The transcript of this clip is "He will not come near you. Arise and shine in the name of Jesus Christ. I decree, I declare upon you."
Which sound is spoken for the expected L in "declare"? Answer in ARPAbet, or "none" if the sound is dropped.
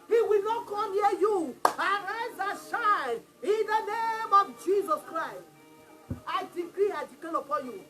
none